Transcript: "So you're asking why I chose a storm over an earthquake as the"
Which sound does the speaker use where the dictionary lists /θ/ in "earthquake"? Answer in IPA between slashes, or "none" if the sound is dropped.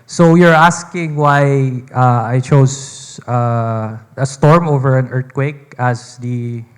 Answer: /t/